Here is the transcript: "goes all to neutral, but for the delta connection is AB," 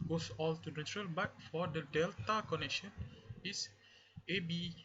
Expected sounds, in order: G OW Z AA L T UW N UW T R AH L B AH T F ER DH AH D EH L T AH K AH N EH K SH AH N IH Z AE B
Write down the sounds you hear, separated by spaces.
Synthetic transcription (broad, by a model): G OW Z AA L T UW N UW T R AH L B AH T F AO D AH D EH L T AH K AH N EH K SH AH N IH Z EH B